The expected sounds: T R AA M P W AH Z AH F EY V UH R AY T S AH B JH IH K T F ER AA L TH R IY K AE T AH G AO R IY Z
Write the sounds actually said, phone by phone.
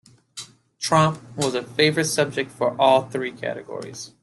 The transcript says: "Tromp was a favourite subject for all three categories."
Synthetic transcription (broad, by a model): T R AA M P W AH Z AH F EY V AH R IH T S AH B JH IH K T F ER AA L TH R IY K AE T AH G AO R IY Z